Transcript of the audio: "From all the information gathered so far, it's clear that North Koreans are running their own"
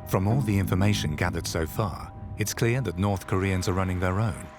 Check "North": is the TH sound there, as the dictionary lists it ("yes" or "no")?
yes